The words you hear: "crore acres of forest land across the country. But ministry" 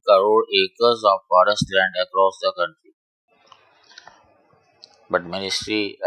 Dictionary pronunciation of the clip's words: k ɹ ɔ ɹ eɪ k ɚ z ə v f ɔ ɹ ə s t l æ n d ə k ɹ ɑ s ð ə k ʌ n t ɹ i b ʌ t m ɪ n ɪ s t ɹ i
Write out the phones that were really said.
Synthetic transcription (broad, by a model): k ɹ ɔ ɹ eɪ k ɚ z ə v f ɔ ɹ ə s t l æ n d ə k ɹ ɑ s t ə k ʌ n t i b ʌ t m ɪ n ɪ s t ɹ i